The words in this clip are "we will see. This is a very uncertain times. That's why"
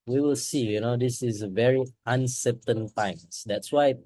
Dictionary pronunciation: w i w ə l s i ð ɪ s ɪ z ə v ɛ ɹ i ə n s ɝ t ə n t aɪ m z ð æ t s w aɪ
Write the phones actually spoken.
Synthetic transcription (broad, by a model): w i w ə l s i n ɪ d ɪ s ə v ɛ ɹ i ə n s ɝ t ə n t aɪ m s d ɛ t s w aɪ